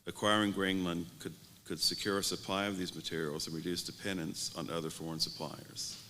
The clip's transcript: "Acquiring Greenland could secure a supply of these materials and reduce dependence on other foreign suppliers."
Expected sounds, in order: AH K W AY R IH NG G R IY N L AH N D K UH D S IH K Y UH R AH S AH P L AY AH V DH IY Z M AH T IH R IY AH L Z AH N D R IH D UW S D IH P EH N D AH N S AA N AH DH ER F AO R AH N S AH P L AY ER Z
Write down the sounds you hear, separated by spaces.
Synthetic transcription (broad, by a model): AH K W AY R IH NG G R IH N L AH N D K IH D S IH K Y UH R AH S AH P L AY AH V DH IY Z M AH T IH R IY L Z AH N R IH D UW S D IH P EH N D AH N S N AH DH ER F AO R AH N S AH P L AY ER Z